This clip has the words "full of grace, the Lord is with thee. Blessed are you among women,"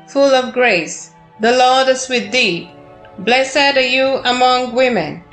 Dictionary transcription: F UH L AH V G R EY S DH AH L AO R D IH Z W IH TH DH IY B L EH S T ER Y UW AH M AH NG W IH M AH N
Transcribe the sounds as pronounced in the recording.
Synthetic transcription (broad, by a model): F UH L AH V G R EY S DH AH L AO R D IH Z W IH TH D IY B L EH S ER Y UW AH M AH NG W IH M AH N